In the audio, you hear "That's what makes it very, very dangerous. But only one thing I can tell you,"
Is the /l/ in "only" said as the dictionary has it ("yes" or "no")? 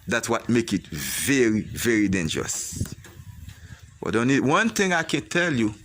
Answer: no